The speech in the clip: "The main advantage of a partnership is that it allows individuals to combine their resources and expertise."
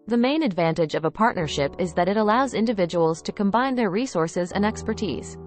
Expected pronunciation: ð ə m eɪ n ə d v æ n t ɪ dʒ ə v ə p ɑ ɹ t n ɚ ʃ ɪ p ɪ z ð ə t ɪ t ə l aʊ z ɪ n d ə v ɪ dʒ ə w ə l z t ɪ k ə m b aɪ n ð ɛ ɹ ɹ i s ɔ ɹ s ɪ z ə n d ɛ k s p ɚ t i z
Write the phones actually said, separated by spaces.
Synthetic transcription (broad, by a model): ð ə m eɪ n ə d v æ n t ɪ dʒ ə v ə p ɑ ɹ t n ɚ ʃ ɪ p ɪ z ð ə t ɪ t ə l aʊ z ɪ n d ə v ɪ dʒ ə w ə l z t ɪ k ə m b aɪ n ð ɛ ɹ ɹ i s ɔ ɹ s ɪ z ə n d ɛ k s p ɚ t i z